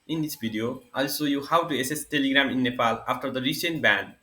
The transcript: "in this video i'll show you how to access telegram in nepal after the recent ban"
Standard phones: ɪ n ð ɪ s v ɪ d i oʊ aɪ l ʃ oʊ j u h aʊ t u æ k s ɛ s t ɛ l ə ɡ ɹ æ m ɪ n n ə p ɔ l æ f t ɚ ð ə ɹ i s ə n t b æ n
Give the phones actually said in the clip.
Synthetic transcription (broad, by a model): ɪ n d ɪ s b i d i oʊ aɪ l s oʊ j u h aʊ t u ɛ s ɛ s t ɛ l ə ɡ ɹ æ m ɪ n n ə p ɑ l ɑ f t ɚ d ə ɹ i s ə n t b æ n